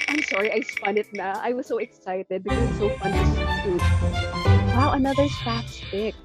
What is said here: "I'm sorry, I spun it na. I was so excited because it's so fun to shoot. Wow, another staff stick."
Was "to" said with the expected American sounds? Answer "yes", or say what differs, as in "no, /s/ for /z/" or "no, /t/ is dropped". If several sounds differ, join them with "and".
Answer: no, /s/ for /t/